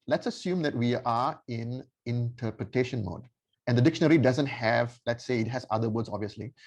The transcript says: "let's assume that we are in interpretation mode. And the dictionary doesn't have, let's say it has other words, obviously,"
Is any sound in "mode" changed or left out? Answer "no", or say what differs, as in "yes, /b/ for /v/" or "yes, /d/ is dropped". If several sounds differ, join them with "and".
no